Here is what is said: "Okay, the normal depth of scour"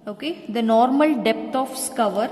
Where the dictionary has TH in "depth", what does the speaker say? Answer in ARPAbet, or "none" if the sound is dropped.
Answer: T